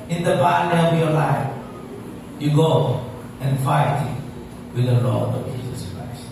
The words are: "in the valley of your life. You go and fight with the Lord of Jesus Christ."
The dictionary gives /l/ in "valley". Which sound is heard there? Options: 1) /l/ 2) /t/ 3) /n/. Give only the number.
3